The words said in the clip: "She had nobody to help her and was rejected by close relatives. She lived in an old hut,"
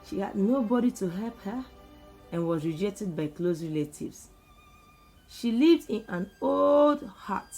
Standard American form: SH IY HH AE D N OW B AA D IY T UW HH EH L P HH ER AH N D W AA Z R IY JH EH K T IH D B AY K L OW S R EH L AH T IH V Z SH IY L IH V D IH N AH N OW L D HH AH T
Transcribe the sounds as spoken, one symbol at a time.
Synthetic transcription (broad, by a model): SH IY HH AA D N OW B AA D IY T UW HH EH L P HH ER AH N W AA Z R IY JH EH K T IH D B AY K L OW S R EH L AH T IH V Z SH IY L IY V D IH N AH N OW L D HH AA T